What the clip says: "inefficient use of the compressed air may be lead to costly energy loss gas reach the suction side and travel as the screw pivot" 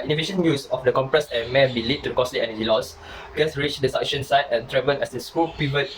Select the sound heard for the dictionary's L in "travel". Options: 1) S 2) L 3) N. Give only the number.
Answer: 3